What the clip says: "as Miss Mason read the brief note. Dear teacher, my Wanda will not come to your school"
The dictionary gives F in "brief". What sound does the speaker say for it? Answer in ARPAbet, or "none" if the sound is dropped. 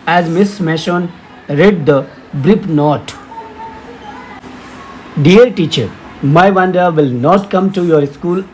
P